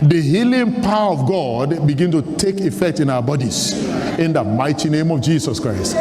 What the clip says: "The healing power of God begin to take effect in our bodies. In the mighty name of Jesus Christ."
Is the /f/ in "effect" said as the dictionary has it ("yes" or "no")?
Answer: yes